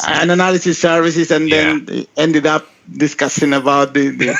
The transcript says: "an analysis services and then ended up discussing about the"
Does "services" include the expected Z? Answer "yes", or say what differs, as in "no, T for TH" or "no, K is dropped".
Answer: no, S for Z